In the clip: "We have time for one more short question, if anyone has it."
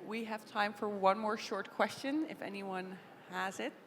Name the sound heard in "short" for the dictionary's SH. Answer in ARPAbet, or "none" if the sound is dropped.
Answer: SH